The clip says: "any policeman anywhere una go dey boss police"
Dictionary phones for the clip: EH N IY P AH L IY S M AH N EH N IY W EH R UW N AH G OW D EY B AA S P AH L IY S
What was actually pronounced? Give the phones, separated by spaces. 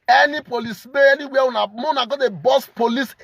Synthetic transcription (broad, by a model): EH N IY P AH L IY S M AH EH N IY W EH W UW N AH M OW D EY B AA S P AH L IY S